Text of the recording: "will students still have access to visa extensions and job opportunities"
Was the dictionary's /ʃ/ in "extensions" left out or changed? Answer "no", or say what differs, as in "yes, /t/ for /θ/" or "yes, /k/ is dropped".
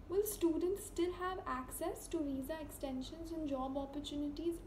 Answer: no